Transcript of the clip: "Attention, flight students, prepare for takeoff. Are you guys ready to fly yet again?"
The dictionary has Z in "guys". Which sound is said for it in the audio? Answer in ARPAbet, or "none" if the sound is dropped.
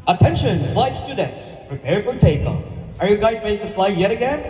Z